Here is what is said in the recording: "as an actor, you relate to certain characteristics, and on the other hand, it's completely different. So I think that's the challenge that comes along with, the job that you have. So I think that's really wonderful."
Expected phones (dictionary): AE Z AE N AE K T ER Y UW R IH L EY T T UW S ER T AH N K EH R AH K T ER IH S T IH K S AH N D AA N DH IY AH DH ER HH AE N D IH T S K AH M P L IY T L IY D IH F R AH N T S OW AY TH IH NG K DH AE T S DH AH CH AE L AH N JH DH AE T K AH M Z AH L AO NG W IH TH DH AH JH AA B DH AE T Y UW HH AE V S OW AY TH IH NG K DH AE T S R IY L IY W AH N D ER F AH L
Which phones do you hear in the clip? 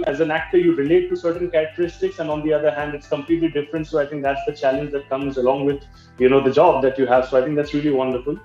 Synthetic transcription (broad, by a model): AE Z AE N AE K T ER Y UW R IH L EY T T UW S ER T AH N K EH R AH K T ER IH S T IH K S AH N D AA N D IY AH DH ER HH AE N D IH T S K AH M P L IY T L IY D IH F R AH N T S OW AY T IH NG K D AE T S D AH CH AE L AH N JH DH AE T K AH M Z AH L AO NG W IH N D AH JH AA B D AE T Y UW HH AE V S OW AY T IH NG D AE T S R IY L IY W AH N D ER F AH L